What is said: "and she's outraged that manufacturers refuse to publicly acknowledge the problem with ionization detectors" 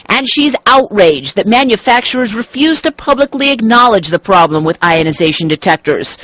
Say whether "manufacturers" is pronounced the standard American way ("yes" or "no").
yes